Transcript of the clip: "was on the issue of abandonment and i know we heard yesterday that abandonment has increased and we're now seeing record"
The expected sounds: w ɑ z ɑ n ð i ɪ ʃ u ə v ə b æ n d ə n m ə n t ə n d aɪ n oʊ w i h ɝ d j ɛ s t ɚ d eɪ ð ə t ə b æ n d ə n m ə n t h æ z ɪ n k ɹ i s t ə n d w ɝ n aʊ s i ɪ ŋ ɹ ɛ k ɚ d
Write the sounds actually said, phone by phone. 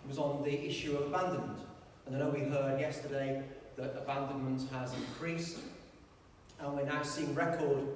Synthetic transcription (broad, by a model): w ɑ z n ð i ɪ ʃ u ə v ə b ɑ n d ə n m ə n t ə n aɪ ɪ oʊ w i h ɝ d j ɛ s t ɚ d eɪ ð ə t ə b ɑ n d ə n m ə n t h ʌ z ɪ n k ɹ i s ə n w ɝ n aʊ s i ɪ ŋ ɹ ɛ k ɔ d